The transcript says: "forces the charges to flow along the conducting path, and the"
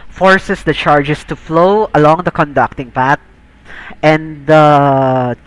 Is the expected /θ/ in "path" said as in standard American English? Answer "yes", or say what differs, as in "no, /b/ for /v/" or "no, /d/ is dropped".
no, /t/ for /θ/